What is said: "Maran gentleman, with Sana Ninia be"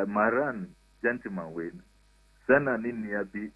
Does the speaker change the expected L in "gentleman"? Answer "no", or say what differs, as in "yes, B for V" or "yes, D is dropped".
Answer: yes, L is dropped